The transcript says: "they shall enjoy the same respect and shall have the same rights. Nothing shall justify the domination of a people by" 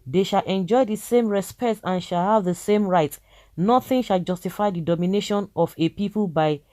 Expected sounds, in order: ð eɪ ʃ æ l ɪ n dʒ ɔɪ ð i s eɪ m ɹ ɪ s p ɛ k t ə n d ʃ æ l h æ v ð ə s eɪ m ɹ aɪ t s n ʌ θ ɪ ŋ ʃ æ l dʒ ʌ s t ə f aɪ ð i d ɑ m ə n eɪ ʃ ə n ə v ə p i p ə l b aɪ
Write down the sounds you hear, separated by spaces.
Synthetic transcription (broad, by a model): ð eɪ ʃ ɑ l ɪ n dʒ ɔɪ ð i s eɪ m ɹ ɪ s p ɛ k t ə n ʃ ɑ l h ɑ v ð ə s eɪ m ɹ aɪ t n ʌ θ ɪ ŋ ʃ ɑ l dʒ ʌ s t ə f aɪ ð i d ɑ m ə n eɪ ʃ ə n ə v ə p i p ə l b aɪ